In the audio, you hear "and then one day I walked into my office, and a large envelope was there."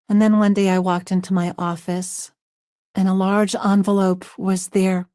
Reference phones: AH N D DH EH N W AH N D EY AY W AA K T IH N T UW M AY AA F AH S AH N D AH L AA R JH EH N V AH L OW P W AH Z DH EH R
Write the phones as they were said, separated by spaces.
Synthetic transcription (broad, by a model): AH N DH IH N W AH N D EY AY W AA K T IH N T UW M AY AA F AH S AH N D AH L AA R JH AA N V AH L OW P W AH Z DH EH R